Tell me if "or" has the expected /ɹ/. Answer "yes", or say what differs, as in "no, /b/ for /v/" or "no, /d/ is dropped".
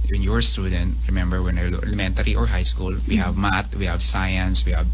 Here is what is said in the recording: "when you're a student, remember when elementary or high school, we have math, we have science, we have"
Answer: yes